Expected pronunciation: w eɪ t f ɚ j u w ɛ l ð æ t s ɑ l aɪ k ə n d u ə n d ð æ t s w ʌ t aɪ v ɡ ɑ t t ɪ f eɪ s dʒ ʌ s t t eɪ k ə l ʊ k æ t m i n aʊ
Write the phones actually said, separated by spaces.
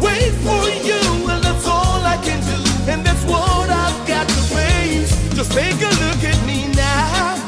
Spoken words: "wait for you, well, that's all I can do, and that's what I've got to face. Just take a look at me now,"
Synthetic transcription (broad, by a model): w eɪ t f ɚ j u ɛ n ð æ t s ɑ l aɪ k ə n d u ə n ð æ t s w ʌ t aɪ v ɡ ɑ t t ɪ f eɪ dʒ ʌ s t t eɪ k ə l ʊ k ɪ t m i n aʊ